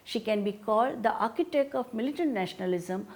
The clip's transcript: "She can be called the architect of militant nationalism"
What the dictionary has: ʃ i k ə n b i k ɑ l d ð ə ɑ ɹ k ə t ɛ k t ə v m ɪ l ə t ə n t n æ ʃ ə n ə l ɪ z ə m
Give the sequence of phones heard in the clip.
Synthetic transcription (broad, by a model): ʃ i k ə n b i k ɑ l d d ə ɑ ɹ k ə t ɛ k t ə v m ɪ l ə t ə n t n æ ʃ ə n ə l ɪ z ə m